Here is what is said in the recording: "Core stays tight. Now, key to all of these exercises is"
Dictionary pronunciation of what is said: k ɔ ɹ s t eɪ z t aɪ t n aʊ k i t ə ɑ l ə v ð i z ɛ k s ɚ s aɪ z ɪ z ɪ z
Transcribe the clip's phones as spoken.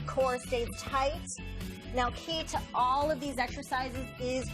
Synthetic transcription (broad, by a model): k ɔ ɹ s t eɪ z t aɪ t n aʊ k i t ə ɑ l ə v ð i z ɛ k s ɚ s aɪ z ɪ z ɪ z